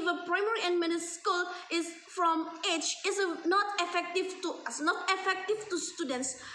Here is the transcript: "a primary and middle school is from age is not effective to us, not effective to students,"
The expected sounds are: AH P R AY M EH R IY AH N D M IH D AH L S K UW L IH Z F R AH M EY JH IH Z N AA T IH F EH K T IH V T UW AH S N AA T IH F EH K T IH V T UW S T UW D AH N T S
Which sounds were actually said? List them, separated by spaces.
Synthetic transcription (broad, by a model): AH P R AY M EH R IY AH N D M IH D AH S K UW L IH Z F R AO M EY CH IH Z N AA T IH F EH K T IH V T UW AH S N AA T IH F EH K T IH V T UW S T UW D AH N T S